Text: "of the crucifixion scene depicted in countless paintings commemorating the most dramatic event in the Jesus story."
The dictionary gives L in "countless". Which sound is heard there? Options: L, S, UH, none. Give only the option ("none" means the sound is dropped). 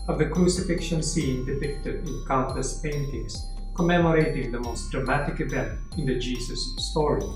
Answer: none